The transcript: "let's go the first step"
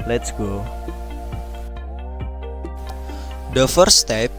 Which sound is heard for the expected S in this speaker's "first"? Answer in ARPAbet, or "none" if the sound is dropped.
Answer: none